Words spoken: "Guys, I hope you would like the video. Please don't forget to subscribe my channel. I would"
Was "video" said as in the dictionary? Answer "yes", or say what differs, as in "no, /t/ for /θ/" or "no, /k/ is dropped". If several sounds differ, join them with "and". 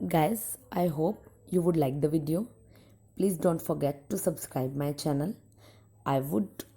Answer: yes